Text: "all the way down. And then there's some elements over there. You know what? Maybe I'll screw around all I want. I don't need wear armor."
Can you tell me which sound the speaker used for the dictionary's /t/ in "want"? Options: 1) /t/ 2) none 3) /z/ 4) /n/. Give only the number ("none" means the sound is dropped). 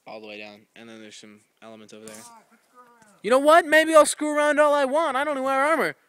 1